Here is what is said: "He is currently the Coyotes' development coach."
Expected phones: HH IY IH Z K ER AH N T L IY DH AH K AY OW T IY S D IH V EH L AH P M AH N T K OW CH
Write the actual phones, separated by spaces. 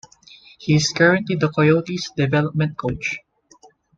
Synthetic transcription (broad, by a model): HH IY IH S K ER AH N T IY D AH K AY OW T IY S D IH V EH L AH P M AH N T K OW CH